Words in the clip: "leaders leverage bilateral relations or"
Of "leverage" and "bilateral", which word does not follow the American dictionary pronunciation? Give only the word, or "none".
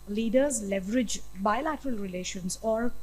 none